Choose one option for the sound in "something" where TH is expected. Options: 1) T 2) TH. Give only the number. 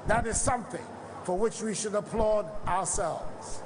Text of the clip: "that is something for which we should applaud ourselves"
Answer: 2